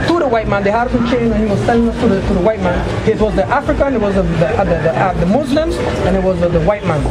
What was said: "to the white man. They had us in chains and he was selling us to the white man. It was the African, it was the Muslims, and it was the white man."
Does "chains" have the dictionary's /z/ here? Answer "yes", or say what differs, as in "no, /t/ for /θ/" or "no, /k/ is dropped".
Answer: no, /z/ is dropped